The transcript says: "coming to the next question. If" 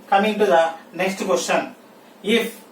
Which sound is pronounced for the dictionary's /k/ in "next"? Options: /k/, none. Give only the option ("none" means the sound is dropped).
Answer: /k/